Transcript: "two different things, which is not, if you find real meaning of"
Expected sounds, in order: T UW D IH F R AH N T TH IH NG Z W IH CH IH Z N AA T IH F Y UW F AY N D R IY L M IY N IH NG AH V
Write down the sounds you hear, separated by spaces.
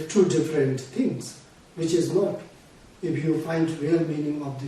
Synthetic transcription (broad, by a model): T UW D IH F R AH N T T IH NG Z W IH CH IH Z N AA T IH F Y UW F AY N D R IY L M IY N IH NG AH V